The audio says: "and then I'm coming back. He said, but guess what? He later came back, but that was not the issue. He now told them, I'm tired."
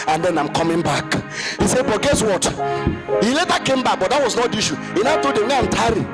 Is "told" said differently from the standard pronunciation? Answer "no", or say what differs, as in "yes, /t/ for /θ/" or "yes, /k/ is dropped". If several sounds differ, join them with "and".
yes, /l/ is dropped